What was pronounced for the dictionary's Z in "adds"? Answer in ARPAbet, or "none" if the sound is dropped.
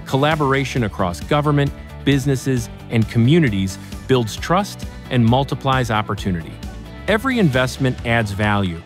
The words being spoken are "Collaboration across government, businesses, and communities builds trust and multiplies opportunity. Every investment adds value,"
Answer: Z